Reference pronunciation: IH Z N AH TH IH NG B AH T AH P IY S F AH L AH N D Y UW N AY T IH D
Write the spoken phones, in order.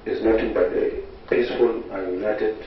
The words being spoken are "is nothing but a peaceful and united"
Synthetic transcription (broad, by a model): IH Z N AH T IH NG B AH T AH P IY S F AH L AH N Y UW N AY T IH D